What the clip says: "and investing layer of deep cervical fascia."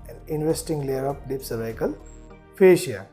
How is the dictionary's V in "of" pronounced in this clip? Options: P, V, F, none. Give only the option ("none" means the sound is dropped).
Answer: P